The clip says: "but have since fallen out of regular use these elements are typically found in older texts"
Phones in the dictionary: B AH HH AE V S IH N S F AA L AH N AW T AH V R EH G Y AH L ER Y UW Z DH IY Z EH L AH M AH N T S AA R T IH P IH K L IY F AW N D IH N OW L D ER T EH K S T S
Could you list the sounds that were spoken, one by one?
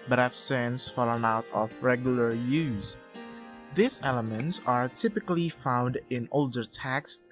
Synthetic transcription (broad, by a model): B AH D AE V S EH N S F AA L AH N AW T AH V R EH G Y AH L ER Y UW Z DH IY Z EH L AH M AH N T S AA R T IH P IH K L IY F AW N D IH N OW L D ER T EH K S S